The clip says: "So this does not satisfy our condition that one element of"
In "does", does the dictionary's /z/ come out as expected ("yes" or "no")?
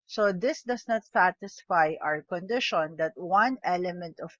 no